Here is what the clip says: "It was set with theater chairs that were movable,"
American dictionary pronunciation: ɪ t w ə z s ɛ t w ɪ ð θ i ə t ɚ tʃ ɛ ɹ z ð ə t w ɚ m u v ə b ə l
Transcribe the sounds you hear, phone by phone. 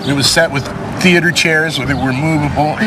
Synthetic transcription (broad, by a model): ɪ t w ə z s ɛ t w ɪ ð θ i ə t ɚ tʃ ɛ ɹ z ð ə t w ɚ m u v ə b l